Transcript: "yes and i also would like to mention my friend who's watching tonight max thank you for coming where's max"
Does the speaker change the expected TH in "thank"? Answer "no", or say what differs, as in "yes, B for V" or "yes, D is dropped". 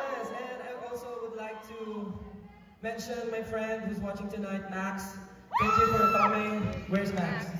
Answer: yes, T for TH